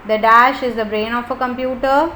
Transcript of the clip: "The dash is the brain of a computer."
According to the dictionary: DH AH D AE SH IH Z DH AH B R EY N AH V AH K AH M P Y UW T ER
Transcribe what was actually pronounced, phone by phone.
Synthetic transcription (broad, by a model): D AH D AE SH IH Z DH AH B R EY N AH F AH K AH M P Y UW T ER